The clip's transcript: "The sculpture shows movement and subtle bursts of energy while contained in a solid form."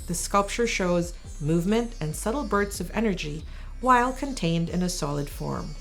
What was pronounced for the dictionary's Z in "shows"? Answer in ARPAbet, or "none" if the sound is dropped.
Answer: Z